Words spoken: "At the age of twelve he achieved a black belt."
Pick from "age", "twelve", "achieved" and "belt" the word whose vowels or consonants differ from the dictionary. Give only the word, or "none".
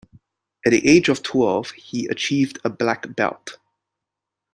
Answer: none